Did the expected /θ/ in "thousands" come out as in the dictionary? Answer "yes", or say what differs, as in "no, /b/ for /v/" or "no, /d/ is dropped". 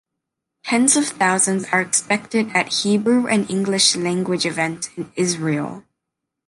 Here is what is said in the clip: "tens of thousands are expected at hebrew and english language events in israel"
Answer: yes